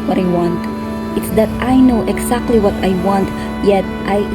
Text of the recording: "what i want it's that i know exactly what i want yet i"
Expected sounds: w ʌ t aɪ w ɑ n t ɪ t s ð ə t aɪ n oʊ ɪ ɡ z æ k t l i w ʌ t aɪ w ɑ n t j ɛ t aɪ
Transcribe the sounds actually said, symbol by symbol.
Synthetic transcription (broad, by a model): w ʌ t aɪ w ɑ n t ɪ t s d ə t aɪ n oʊ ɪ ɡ s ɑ k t l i w ʌ t aɪ w ɑ n t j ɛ t aɪ